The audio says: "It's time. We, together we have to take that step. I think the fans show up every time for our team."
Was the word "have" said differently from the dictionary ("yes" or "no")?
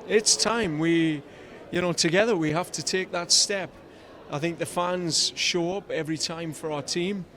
yes